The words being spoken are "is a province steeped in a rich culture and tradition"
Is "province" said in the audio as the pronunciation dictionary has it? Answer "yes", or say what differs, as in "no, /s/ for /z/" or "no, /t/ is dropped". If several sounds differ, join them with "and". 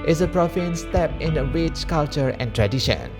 no, /f/ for /v/